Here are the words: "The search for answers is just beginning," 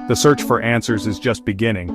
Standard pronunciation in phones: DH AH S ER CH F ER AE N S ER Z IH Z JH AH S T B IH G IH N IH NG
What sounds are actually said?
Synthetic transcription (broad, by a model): DH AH S ER CH F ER AE N S ER Z IH Z JH AH S T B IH G IH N IH NG